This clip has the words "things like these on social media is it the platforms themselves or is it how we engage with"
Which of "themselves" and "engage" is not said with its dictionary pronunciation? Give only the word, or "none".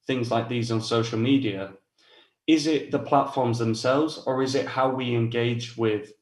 none